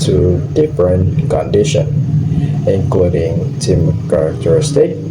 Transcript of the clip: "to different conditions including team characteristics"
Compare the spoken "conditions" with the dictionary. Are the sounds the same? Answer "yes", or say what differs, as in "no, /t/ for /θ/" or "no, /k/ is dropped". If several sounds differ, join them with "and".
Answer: no, /z/ is dropped